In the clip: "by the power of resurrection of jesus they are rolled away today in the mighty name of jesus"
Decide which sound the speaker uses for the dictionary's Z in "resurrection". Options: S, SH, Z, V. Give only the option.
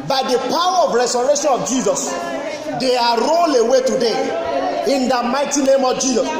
S